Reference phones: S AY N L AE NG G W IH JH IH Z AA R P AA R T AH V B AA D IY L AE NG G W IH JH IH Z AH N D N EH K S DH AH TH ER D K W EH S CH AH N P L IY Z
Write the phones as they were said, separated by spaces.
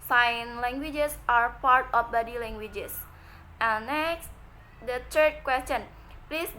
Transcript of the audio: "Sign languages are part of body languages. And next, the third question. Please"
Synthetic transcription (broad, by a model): S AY N L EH NG G W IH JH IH S AA R P AA R T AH F B AA D IY L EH NG G W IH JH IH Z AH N N EH K S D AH T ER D K W EH S CH AH N P L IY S